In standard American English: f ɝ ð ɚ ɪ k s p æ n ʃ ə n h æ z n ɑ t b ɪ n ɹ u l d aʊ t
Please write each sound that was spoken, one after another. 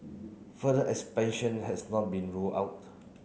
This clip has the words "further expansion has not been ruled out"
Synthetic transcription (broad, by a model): f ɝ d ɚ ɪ k s p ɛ n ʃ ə n h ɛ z n ɑ t b ɪ n ɹ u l aʊ t